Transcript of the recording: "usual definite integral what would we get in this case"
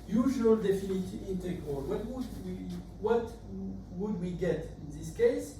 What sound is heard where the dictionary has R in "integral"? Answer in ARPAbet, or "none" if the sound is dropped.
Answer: W